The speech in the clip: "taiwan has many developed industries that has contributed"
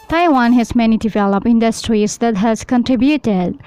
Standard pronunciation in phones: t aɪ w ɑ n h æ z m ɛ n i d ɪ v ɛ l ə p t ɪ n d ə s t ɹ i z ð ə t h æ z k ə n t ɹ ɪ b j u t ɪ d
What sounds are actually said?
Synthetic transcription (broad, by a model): t aɪ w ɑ n h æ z m ɛ n i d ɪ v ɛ l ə p ɪ n d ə s t ɹ i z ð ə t h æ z k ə n t ɹ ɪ b j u t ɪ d